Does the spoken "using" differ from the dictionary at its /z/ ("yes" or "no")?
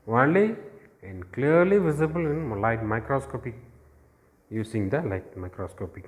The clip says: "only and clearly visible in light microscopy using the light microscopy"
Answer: yes